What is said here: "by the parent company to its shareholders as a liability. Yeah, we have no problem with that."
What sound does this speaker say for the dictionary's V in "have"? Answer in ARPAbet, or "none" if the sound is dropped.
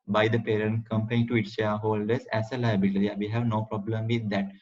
V